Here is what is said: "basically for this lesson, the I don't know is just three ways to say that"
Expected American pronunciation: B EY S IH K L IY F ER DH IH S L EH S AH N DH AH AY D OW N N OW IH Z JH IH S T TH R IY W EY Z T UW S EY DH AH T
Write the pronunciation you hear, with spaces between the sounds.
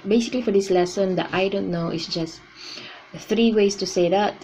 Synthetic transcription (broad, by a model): B EY S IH K L IY F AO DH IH S L EH S AH N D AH AY D OW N N OW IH S JH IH S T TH R IY W EY S T UW S EY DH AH T